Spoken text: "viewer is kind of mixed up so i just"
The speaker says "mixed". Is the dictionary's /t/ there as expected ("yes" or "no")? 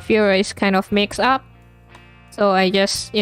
no